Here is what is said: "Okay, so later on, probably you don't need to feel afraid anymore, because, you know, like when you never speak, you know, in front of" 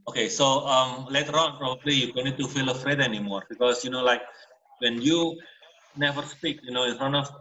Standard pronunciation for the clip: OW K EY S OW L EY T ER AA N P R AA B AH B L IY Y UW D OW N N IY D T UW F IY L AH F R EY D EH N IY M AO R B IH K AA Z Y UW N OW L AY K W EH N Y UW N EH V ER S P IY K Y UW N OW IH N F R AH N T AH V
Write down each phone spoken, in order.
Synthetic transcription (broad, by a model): OW K EY S OW L EY T ER AA N P R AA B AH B L IY Y UW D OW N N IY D T UW F IY L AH F R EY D EH N IY M AO R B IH K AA S Y UW N OW L AY K W EH N Y UW N EH V ER S P IY K Y UW N OW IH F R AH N AH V